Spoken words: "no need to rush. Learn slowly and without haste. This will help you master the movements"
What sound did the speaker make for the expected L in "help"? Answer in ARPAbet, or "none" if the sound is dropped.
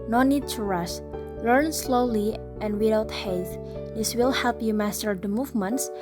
L